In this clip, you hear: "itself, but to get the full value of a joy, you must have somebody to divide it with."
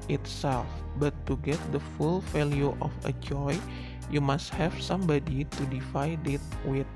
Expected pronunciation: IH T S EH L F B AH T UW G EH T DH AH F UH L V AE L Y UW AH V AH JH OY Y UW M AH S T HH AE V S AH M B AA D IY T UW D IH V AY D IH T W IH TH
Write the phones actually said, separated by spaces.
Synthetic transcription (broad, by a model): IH T S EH L F B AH T UW G EH T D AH F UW L F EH L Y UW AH F AH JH OY Y UW M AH S T HH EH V S AH M B AA D IY T UW D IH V AY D IH T W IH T